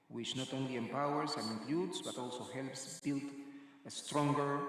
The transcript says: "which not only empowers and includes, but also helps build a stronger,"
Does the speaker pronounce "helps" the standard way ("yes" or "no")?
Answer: yes